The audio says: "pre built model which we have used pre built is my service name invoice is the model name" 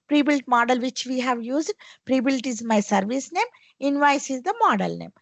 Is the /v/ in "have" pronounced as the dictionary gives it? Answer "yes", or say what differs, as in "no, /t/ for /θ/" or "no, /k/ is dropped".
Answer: yes